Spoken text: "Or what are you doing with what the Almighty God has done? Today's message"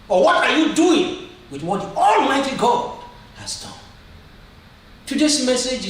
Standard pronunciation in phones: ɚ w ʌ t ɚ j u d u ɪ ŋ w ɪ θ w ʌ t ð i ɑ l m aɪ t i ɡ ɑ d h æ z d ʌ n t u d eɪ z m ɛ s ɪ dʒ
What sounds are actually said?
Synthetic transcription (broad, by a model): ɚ w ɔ t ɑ j u d u ɪ ŋ w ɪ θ w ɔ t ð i ɑ l m aɪ t i ɡ ɑ d h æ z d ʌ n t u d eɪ s m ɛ s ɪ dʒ